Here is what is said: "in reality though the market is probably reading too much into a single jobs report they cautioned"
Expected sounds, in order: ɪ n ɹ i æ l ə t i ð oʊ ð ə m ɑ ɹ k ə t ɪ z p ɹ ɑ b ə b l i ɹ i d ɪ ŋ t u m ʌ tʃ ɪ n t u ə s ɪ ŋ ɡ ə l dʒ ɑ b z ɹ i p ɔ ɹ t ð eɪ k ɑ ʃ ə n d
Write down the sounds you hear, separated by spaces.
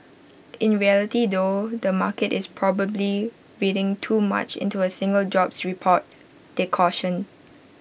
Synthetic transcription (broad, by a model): ɪ n ɹ i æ l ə t i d oʊ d ə m ɑ k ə t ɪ s p ɹ ɑ b ə b l i ɹ i d ɪ ŋ t u m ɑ tʃ ɪ n t u ə s ɪ ŋ ɡ ə l dʒ ɑ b s ɹ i p ɔ t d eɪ k ɑ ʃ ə n